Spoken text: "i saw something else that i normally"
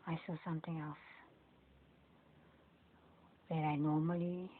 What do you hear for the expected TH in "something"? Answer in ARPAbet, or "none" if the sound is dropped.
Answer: T